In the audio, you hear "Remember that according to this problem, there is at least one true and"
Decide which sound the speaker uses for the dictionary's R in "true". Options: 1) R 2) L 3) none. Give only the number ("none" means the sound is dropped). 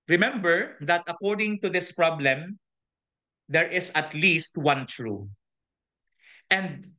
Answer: 1